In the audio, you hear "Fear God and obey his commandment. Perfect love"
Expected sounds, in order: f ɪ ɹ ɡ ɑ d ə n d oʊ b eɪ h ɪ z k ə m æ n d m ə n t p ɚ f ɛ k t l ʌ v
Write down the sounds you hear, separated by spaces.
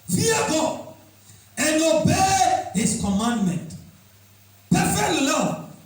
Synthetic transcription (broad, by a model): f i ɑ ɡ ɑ ə n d oʊ b eɪ h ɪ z k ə m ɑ n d m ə n t p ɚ f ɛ k t l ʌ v